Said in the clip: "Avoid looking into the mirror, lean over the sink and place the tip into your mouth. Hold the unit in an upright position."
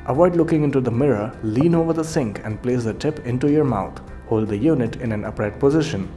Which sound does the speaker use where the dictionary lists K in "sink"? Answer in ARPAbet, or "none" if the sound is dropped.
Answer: K